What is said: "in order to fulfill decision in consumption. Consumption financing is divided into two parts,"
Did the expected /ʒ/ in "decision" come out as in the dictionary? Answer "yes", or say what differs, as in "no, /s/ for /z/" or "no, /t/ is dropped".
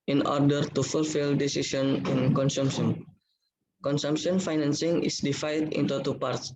no, /s/ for /ʒ/